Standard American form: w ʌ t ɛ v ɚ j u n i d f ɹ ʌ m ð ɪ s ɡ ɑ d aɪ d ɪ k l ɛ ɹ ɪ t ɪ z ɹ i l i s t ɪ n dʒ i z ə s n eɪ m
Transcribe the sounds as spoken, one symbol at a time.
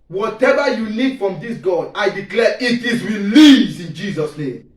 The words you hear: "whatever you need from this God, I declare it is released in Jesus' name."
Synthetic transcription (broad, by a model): w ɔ t ɛ v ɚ j u n i d f ɹ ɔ m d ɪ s ɡ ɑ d aɪ d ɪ k l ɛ ɪ t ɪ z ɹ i l i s ɪ n dʒ i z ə s n eɪ m